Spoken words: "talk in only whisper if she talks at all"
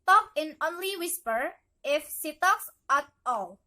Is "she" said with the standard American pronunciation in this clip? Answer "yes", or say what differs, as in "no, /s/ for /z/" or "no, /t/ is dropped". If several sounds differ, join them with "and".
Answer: no, /s/ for /ʃ/